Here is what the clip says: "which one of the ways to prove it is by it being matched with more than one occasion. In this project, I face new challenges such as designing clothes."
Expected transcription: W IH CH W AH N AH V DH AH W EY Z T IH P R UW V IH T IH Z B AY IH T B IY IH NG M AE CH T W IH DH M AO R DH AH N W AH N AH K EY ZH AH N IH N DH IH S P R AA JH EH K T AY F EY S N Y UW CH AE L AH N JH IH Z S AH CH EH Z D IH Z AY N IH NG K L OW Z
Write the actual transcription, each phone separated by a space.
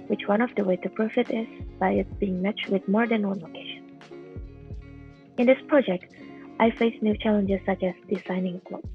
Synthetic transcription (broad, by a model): W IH CH W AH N AH V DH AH W EY T IH P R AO F IH T IH Z B AY IH T B IY IH NG M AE CH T W IH DH M AO R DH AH N W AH N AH K EY SH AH N IH N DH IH S P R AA JH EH K T AY F EY S N Y UW CH AE L AH N JH IH Z S AH CH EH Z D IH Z AY N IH NG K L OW